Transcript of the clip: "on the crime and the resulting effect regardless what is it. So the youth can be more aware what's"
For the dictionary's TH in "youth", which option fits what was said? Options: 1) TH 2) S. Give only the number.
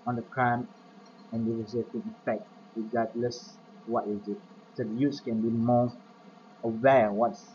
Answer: 2